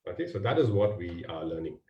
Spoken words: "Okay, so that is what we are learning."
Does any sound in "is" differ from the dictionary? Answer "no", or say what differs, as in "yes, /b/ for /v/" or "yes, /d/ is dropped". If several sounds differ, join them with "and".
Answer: no